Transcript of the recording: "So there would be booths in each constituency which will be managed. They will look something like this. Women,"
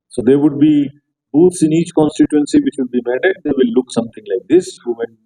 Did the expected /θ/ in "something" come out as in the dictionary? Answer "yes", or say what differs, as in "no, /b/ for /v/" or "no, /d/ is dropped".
no, /t/ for /θ/